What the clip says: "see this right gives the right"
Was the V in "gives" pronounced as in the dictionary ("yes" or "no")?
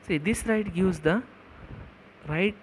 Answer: no